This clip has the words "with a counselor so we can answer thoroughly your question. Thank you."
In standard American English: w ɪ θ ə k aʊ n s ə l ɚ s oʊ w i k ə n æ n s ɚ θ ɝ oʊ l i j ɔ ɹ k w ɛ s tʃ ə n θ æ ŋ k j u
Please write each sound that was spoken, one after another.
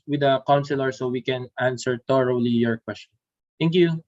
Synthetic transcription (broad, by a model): w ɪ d ə k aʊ n s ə l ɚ s oʊ w i k ə n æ n s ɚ t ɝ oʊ l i j ɔ ɹ k w ɛ s tʃ ə n t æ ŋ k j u